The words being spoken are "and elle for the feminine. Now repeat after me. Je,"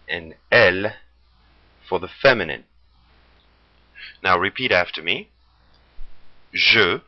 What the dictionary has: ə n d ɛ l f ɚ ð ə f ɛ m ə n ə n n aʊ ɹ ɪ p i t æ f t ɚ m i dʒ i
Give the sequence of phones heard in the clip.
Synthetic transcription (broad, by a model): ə n ɛ l f ɚ ð ə f ɛ m ə n ə n n aʊ ɹ ɪ p i t æ f t ɚ m i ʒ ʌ